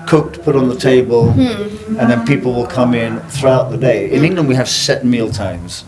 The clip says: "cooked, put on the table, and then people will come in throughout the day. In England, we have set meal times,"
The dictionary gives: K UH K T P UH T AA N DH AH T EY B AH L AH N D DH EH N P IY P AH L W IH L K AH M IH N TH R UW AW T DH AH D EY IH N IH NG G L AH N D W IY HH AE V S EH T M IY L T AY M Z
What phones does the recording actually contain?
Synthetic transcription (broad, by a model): K UH K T P UH T N DH AH T EY B AH L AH N DH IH N P IY P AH L W IH L K AH M IH N TH R UW AW T DH AH D EY IH N IH NG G L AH N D W IY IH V S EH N M IY L T AY M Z